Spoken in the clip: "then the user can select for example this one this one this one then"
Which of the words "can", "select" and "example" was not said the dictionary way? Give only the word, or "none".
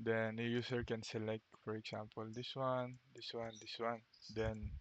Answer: example